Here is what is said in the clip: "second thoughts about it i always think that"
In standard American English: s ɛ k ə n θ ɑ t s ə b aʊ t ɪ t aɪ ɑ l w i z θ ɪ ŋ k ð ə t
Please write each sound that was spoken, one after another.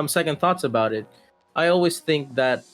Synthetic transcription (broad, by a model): s ɛ k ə n θ ɑ t s ə b aʊ t ɪ t aɪ ɑ l w i z θ ɪ ŋ k ð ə t